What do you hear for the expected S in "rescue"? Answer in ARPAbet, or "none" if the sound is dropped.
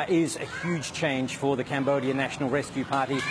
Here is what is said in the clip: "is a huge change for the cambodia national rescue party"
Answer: S